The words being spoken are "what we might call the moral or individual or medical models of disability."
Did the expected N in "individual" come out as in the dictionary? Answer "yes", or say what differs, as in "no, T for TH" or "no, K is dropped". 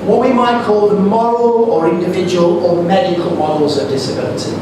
yes